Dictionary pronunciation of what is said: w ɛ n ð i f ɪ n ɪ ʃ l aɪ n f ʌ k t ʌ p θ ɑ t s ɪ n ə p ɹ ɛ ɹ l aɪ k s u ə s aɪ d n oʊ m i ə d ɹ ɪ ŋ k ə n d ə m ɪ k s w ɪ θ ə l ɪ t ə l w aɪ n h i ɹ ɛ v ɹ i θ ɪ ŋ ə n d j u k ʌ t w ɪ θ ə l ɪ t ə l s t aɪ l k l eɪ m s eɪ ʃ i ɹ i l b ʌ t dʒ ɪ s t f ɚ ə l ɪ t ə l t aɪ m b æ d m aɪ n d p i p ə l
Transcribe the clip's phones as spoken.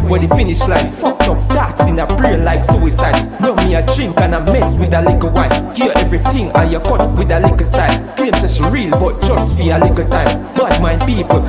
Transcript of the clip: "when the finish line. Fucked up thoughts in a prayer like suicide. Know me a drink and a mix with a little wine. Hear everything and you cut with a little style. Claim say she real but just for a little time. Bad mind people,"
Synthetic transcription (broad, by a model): w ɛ n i f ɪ n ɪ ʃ l aɪ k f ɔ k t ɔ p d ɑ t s ɪ n ə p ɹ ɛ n l aɪ k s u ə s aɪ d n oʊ m i ə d ɹ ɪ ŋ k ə n ə m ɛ s w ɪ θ ə l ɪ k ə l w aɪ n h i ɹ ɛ v ɹ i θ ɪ ŋ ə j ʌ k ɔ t w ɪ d ə l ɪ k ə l s t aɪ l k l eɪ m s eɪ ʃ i ɹ i l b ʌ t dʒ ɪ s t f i ə l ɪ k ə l t aɪ m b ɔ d m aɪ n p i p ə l